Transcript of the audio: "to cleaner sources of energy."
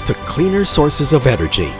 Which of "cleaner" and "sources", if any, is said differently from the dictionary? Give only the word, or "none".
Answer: none